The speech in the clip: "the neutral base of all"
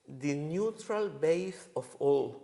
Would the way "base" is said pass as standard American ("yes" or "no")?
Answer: no